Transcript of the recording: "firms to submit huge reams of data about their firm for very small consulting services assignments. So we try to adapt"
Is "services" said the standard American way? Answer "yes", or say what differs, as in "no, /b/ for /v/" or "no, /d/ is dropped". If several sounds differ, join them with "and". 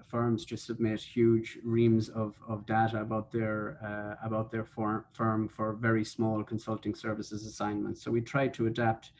yes